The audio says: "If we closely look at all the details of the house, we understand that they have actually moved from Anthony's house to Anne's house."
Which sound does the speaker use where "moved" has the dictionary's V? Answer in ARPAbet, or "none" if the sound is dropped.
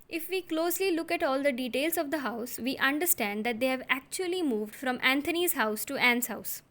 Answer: V